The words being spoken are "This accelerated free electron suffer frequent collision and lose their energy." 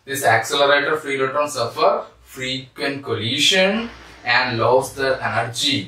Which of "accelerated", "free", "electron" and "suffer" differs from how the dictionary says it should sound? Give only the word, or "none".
electron